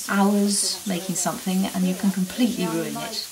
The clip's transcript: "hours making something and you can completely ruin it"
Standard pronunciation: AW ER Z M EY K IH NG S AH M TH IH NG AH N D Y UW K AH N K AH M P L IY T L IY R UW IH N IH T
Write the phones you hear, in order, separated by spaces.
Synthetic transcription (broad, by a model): AW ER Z M EY K IH NG S AH M TH IH NG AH N Y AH K AH N K AH M P L IY T L IY R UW IH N IH T